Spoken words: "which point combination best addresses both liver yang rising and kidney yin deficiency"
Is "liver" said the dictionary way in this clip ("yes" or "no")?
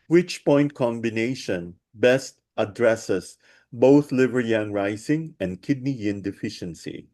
yes